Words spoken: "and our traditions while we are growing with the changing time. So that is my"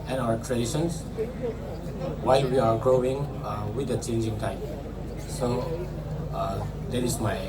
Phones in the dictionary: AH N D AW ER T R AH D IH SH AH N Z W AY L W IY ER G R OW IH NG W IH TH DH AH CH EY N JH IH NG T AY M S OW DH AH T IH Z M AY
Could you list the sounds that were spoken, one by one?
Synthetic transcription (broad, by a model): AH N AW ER T R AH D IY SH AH N S W AY W IY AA G R OW IH NG W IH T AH CH EY N JH IH NG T AY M S OW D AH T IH S M AY